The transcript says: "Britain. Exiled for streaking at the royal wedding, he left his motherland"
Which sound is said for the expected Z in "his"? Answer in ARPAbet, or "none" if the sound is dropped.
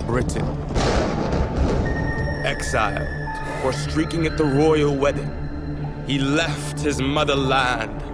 Z